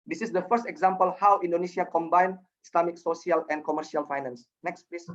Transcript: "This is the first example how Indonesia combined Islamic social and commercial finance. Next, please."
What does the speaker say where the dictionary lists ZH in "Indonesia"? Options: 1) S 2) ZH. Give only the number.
1